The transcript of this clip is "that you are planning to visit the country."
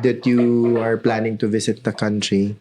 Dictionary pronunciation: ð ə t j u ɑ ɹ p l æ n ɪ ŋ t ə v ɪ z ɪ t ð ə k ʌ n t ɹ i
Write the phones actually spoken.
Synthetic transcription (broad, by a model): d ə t j u ɑ ɹ p l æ n ɪ ŋ t ə v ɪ s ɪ t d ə k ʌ n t ɹ i